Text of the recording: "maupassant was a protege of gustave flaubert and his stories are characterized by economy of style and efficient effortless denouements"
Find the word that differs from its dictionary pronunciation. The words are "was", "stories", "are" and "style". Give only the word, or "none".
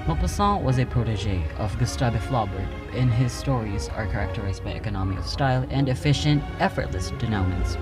none